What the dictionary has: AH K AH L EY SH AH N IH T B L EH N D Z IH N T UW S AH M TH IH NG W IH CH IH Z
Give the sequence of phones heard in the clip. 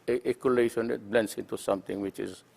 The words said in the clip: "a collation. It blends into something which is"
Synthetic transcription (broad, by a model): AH K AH L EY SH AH N IH T B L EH N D S IH N T UW S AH M T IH NG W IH CH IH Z